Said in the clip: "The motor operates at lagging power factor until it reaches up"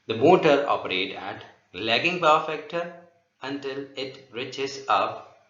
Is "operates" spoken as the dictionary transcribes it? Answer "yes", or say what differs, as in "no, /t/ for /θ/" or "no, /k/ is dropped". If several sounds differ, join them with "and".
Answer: no, /s/ is dropped